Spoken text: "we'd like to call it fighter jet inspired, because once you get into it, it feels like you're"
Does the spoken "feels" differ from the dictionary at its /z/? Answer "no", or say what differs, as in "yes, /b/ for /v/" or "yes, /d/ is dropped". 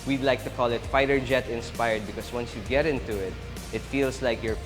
yes, /s/ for /z/